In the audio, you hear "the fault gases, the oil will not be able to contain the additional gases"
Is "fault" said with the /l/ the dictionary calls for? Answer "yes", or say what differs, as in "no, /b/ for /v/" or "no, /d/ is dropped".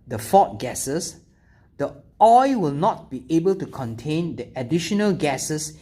no, /l/ is dropped